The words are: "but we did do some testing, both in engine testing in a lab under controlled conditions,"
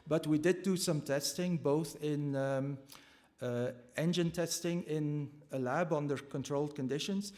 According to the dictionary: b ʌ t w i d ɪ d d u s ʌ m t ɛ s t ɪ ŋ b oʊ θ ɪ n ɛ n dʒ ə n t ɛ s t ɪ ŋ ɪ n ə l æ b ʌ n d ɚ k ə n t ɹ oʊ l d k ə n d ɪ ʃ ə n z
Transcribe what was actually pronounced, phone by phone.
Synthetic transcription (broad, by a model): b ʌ t w i d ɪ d d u s ʌ m t ɛ s t ɪ ŋ b oʊ θ ɪ n ɛ n dʒ ə n t ɛ s t ɪ ŋ ɪ n ə l æ b ʌ n d ɚ k ə n t ɹ oʊ l d k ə n d ɪ ʃ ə n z